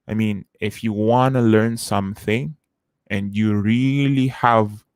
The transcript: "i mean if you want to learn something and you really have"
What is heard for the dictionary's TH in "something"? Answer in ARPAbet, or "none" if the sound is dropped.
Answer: TH